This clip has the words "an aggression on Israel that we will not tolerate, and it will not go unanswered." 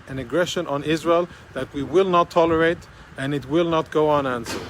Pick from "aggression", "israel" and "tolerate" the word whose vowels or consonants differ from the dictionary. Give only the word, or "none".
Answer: none